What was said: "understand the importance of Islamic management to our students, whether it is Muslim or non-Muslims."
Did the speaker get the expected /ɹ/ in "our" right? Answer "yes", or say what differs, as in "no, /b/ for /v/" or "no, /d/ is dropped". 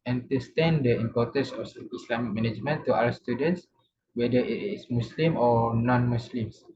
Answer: no, /l/ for /ɹ/